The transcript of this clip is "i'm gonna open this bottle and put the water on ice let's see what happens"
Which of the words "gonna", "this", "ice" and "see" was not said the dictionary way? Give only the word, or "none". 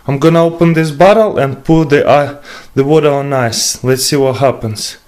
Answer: none